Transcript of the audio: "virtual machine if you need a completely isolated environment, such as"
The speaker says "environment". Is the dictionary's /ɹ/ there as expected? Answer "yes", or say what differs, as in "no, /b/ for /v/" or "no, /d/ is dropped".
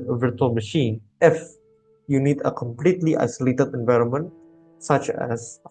yes